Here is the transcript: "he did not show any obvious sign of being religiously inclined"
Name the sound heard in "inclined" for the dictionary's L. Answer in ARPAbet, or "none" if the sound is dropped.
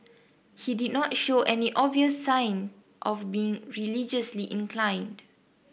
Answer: L